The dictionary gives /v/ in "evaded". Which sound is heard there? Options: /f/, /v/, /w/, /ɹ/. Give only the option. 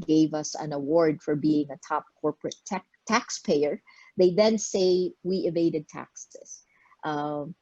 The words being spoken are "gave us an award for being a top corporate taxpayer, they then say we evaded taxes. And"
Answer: /v/